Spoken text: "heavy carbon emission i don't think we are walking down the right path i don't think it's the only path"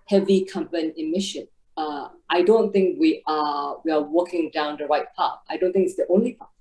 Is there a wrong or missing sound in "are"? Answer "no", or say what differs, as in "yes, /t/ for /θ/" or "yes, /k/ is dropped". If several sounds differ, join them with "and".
yes, /w/ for /ɹ/